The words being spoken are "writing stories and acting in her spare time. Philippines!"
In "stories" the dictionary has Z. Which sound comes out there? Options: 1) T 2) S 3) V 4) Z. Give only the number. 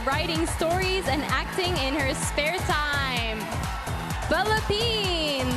4